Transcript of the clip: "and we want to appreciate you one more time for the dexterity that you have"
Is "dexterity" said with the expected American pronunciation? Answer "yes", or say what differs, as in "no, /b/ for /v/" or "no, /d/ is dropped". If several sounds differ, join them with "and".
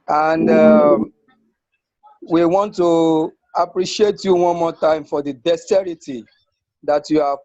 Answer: no, /k/ is dropped